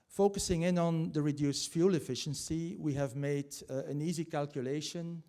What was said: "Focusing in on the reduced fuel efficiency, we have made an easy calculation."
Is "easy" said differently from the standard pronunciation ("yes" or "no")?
no